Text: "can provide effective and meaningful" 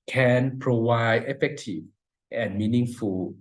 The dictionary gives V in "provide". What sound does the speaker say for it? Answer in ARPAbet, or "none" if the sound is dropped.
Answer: W